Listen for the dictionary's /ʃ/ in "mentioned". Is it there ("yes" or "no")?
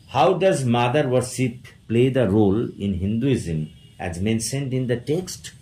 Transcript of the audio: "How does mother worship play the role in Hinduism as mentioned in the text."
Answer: no